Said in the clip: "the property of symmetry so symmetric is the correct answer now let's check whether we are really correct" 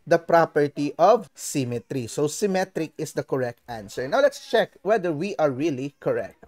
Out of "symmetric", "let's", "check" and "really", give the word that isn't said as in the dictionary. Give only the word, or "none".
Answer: none